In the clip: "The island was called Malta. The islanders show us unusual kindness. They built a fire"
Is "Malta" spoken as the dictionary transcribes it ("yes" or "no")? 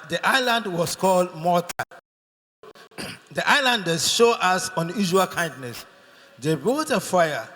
no